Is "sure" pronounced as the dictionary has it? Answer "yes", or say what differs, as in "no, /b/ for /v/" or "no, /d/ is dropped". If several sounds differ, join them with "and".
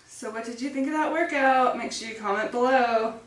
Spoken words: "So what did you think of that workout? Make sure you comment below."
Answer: no, /s/ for /ʃ/